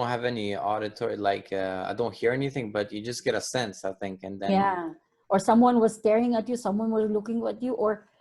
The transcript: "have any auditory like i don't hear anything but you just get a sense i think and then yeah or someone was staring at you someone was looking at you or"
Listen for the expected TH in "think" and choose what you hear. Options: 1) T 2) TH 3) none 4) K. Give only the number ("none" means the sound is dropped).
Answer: 2